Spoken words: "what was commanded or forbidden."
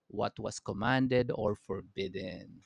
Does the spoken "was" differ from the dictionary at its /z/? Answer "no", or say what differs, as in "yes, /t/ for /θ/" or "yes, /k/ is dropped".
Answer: yes, /s/ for /z/